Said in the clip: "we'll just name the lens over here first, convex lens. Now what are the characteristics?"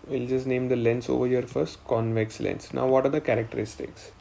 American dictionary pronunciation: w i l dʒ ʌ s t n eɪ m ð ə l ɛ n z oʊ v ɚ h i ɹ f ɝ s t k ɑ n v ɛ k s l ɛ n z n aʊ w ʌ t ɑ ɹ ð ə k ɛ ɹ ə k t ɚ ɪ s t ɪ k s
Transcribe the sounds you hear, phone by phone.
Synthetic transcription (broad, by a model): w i l dʒ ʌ s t n eɪ m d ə l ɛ n s oʊ v ɚ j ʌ ɹ f ɝ s t k ɑ n v ɛ k s l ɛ n s n aʊ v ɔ t ɑ ɹ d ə k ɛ ɹ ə k t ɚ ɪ s t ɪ k s